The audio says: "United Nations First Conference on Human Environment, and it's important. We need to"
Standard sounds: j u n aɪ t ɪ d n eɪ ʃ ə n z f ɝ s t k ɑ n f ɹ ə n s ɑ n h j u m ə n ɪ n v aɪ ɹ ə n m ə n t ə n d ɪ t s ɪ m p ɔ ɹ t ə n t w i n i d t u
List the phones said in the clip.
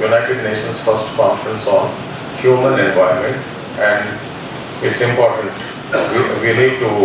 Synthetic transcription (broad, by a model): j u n aɪ t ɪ d n eɪ ʃ ə n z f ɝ s t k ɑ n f ɹ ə n s ɑ n h j u m ə n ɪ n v aɪ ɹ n m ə n t ə n d ɪ t s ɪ m p ɔ ɹ t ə n t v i l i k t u